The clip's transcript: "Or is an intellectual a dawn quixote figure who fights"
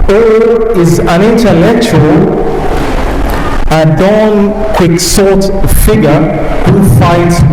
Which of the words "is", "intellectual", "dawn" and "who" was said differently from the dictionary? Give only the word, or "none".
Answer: none